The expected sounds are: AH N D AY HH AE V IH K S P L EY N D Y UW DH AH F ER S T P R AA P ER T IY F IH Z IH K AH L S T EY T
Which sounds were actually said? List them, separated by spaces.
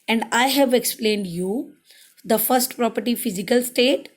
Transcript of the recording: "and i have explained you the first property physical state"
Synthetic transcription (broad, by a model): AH N D AY HH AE V IH K S P L EY N D Y UW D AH F ER S T P R AA P ER T IY F IH Z IH K AH L S T EY T